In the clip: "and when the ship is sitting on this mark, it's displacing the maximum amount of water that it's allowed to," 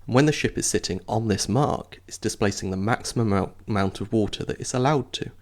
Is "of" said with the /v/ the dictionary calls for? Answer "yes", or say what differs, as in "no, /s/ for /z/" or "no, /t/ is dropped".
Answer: yes